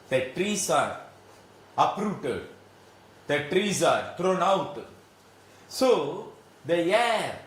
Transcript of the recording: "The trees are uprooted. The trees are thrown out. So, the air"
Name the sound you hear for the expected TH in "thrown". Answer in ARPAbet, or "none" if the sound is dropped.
T